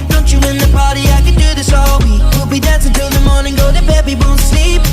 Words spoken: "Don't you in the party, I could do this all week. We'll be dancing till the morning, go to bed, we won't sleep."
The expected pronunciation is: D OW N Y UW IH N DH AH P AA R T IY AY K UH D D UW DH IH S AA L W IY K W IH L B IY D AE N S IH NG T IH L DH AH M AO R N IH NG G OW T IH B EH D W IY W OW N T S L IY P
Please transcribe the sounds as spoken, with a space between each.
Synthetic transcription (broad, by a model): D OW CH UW IH N DH AH P AA R T IY AY K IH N D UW DH IH S AA L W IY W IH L B IY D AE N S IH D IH N DH AH M AO R N IH NG G OW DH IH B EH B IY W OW N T S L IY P